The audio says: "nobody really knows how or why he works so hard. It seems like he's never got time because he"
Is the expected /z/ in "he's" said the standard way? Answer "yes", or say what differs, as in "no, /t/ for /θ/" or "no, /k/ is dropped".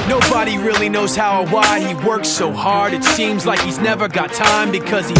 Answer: yes